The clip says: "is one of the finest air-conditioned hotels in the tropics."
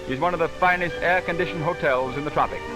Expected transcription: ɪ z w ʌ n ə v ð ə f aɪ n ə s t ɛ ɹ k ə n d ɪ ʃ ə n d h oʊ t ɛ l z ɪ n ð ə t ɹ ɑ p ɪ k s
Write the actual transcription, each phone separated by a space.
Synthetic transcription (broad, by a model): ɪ z w ʌ n ə v ð ə f aɪ n ə s t ɛ ɹ k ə n d ɪ ʃ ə n h oʊ t ɛ l z ɪ n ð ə t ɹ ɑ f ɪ k